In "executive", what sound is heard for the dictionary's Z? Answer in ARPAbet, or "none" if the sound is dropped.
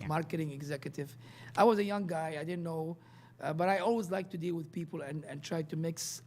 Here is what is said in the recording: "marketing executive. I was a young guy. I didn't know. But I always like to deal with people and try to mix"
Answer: Z